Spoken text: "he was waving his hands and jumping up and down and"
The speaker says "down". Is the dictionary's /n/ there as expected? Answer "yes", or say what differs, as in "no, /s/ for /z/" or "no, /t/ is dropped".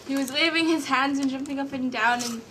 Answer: yes